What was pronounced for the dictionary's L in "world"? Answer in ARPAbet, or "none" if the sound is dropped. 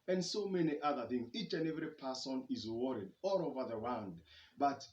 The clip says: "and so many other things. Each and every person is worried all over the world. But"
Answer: N